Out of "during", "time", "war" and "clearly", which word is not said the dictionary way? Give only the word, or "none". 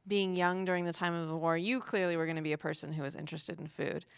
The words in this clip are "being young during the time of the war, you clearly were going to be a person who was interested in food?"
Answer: none